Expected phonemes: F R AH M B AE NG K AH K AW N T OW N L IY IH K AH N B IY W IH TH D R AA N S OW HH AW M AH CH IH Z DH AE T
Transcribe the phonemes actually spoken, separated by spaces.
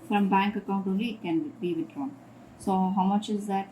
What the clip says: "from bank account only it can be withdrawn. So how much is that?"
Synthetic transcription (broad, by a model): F R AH M B AE NG K AH K AW N T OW L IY K AH N B IY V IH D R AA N S OW HH AW M AH CH IH Z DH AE T